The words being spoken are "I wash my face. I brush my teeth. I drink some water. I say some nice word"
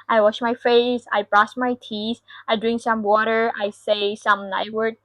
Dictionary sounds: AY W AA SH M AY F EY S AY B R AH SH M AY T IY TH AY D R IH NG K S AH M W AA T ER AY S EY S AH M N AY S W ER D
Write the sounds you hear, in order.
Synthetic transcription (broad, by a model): AY W AA SH M AY F EY S AY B R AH S M AY T IY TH AY D R IH NG K S AH M W AA T ER AY S EY S AH M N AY W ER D